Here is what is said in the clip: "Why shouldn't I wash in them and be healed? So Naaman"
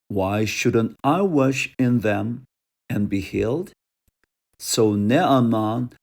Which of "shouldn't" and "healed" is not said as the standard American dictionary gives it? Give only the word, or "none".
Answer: none